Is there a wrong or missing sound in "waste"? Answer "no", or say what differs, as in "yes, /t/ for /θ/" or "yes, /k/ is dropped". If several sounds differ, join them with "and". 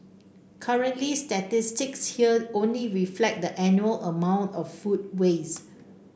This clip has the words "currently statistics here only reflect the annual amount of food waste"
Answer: yes, /t/ is dropped